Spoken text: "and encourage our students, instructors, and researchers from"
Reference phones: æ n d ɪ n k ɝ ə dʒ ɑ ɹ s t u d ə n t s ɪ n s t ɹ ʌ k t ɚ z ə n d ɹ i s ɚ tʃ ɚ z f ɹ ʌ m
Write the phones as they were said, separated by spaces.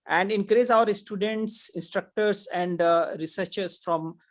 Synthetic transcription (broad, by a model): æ n d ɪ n k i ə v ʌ ɹ s t u d ə n t s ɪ n s t ɹ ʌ k t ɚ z ə n d ɹ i s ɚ tʃ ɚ s f ɹ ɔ m